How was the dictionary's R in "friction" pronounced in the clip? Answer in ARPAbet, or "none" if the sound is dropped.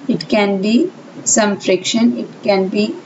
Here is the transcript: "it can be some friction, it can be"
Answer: R